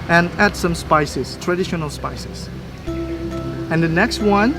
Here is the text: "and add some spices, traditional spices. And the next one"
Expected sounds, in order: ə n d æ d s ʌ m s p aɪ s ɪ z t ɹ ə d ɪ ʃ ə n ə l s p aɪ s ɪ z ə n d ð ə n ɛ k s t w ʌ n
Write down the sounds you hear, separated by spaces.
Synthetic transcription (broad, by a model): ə n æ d s ʌ m s p aɪ s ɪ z t ɹ ə d ɪ ʃ ə n ə l s p aɪ s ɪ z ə n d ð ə n ɛ k s t w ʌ n